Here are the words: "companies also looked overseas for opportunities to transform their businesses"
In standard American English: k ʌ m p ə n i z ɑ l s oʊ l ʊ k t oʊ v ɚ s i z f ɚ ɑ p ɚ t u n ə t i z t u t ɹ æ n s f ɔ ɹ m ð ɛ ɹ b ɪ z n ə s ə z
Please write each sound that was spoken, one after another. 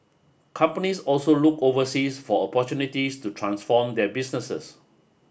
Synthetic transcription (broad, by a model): k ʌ m p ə n i s ɑ l s oʊ l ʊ k oʊ v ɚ s i s f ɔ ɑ p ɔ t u n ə t i s t u t ɹ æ n s f ɔ m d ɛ b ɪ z n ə s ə s